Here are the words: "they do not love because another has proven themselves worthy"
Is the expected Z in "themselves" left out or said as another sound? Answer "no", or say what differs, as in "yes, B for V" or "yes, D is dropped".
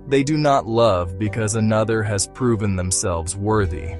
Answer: no